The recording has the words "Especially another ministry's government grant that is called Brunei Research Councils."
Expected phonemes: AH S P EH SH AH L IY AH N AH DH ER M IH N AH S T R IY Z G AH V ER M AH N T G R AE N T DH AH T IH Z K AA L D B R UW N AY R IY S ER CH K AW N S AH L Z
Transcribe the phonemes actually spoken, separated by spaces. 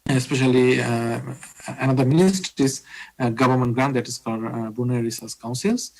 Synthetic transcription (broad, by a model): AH S P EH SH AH L IY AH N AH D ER M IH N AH S T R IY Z G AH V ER M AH N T G R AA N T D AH T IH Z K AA D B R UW N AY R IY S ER S K AW N S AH L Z